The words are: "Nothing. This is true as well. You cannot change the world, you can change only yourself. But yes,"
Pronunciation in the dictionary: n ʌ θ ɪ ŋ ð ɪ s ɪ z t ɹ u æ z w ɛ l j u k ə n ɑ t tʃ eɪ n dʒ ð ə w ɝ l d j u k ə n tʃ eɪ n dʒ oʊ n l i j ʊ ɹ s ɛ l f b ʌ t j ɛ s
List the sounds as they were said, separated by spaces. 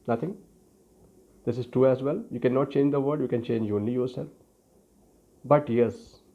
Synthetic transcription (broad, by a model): n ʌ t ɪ ŋ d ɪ s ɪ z t ɹ u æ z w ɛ l j u k ə n ɑ t tʃ eɪ n dʒ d ə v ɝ d j u k ə n tʃ eɪ n dʒ oʊ n l i j ʊ ɹ s ɛ l f b ʌ t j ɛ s